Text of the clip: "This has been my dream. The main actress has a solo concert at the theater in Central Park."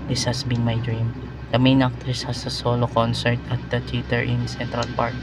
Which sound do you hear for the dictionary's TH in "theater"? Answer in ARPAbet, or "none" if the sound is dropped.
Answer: T